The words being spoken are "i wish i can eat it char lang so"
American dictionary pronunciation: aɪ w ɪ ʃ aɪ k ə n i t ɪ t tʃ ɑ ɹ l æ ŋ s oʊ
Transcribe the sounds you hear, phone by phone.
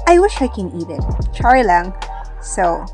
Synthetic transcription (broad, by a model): aɪ w ɪ ʃ aɪ k ə n i t ɪ t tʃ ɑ ɹ l æ ŋ s oʊ